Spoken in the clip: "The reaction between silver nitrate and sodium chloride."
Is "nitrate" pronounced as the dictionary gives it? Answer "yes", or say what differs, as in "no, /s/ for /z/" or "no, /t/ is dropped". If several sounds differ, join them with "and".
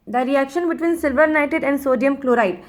no, /ɹ/ is dropped